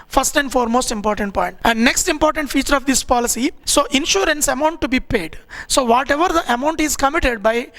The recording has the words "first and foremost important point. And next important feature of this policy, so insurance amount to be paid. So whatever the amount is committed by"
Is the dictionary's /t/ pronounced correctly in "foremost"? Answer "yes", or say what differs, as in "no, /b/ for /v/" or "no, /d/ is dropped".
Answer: yes